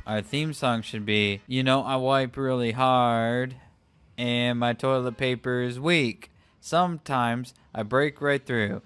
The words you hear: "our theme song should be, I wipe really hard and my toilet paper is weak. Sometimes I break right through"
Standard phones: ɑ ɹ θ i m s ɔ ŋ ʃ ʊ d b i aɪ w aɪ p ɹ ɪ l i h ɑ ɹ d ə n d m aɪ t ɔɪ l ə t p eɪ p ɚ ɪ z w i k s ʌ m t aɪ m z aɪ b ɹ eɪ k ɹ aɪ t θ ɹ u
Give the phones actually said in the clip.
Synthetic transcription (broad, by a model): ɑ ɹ θ i m s ɔ ŋ ʃ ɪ d b i aɪ w aɪ p ɹ ɪ l i h ɑ ɹ d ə n m aɪ t ɔɪ l ə t p eɪ p ɚ ɪ z w i k s ʌ m t aɪ m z aɪ b ɹ eɪ k ɹ aɪ t θ ɹ u